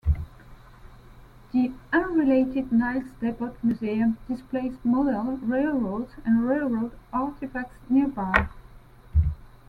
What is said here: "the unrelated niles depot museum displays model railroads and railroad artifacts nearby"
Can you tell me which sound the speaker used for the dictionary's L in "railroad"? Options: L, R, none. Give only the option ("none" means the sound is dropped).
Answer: L